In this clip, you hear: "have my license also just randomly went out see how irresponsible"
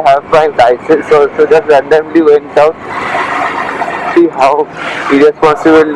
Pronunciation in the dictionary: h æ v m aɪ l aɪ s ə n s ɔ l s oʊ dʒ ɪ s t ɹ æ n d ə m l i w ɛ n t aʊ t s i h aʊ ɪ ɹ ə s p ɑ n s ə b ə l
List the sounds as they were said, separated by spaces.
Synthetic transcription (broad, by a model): h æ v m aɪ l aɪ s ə s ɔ s oʊ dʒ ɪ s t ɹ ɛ n d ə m l i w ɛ n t aʊ t s i h aʊ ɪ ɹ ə s p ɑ n s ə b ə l